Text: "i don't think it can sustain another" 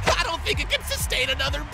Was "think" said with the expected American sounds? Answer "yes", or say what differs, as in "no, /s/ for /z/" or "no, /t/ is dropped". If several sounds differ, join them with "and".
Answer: yes